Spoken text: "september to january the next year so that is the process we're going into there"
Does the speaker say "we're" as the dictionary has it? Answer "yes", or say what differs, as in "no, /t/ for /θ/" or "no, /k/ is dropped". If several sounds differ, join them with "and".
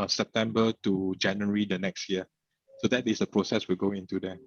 no, /l/ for /ɹ/